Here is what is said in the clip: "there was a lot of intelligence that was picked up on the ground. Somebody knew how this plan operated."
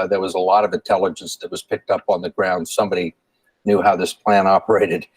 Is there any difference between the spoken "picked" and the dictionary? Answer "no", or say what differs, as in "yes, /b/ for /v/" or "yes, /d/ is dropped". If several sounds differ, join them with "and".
no